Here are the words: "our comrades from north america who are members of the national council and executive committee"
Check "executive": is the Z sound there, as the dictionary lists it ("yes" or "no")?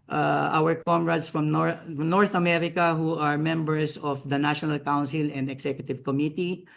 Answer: no